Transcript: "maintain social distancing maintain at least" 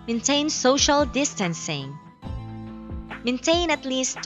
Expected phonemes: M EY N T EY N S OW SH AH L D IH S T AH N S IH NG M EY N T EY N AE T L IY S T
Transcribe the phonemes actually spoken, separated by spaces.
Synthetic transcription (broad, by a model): M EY N T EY N S OW SH AH L D IH S T AH N S IH NG M EY N T EY N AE T L IY S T